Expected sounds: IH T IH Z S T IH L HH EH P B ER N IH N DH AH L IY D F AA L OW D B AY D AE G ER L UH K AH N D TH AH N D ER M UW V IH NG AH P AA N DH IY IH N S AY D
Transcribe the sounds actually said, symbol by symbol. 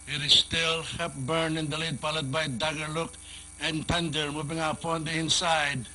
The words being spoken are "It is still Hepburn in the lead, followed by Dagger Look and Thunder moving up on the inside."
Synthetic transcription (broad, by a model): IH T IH S T IH L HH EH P B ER N IH N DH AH L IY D P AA L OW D B AY D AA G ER L UH K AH N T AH N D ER M UW V IH NG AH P AA N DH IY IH N S AY D